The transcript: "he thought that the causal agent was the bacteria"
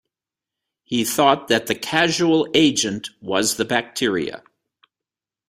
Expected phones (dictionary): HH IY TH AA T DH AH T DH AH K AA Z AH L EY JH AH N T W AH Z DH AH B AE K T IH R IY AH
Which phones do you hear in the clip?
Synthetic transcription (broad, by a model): HH IY TH AA T DH AH T DH AH K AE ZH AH L EY JH AH N T W AH Z DH AH B AE K T IH R IY AH